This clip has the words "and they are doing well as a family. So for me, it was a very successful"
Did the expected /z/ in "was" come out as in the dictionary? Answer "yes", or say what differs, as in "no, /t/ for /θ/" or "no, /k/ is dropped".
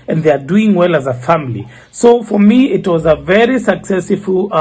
yes